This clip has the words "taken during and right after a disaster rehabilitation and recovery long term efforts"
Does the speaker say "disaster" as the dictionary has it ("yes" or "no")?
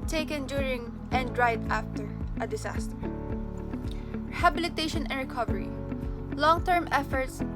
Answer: no